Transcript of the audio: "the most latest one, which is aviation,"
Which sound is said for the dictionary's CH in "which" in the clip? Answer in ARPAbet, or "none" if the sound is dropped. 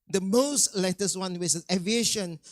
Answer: S